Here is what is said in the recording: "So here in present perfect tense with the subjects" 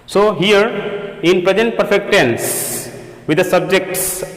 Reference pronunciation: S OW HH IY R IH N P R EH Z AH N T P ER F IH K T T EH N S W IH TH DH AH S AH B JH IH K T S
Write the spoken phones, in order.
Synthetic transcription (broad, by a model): S OW HH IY R IH N P R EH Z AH N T P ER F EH K T T EH N S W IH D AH S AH B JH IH K T S